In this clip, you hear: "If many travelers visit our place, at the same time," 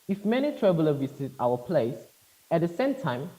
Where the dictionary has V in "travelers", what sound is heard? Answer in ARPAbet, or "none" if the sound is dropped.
B